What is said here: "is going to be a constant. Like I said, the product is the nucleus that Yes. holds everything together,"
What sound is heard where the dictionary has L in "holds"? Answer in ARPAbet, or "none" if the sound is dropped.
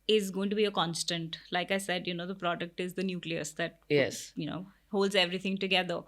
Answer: L